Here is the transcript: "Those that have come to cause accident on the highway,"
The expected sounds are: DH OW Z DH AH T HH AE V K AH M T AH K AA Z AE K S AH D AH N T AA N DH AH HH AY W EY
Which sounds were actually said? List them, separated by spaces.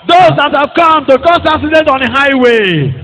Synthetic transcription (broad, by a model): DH OW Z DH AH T HH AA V K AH M T AH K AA S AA S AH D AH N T AA N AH HH AY W EY